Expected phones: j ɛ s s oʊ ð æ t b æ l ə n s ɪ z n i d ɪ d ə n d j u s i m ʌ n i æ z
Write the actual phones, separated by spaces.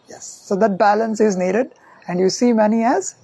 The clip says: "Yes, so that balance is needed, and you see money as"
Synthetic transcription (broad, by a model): j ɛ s s oʊ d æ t b æ l ə n s ɪ z n i d ɪ d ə n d j u s i m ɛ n i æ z